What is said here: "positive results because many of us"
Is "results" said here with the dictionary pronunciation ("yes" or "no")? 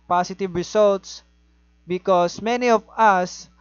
no